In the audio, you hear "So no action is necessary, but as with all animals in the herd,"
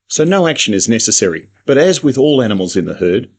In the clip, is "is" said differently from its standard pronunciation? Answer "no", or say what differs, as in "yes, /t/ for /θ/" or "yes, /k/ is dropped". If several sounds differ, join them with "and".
no